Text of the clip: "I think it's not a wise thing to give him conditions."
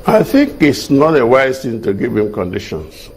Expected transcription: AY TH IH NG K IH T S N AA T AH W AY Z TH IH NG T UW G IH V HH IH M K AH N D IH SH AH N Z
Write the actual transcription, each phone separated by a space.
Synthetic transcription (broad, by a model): AY TH IH NG K IH T S N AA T AH W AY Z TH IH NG T UW G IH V HH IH M K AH N D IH SH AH N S